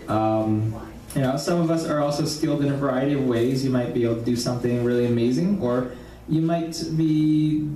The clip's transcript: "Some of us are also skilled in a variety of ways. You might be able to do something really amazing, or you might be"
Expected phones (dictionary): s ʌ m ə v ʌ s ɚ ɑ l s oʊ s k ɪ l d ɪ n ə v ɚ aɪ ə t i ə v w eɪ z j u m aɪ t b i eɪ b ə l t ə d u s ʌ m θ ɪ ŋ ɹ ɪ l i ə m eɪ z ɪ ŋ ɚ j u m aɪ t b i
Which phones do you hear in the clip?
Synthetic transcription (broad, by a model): s ʌ m ə v ʌ s ɚ ɑ l s oʊ s k ɪ l d ɪ n v ɚ aɪ ə t i ə v w eɪ z j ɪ m aɪ t b i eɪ b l t ə d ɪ s ʌ m θ ɪ ŋ ɹ ɪ l i ə m eɪ z ɪ ŋ ɚ j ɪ m aɪ t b i